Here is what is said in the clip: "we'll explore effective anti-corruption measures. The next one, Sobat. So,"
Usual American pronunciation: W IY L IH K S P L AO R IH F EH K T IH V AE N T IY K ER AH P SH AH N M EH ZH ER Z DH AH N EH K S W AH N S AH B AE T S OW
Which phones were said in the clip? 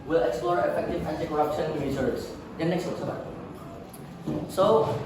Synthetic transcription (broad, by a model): W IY L IH K S P L AO R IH F EH K T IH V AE N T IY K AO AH P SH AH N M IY S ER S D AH N EH K S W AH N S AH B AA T S OW